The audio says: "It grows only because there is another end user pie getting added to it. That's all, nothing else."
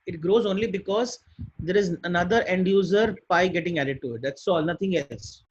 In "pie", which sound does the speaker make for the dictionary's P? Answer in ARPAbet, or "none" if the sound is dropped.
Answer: B